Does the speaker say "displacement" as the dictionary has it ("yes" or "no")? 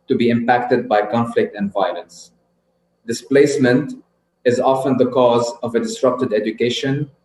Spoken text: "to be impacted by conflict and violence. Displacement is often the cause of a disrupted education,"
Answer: yes